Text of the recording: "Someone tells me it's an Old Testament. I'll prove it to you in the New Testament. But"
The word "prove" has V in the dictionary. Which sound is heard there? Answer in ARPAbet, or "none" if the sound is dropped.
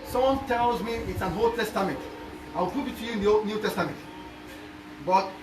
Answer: B